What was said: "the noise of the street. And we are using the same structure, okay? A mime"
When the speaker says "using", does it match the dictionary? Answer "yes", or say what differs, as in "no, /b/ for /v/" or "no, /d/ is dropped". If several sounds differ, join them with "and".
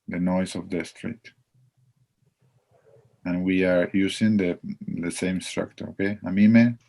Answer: no, /s/ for /z/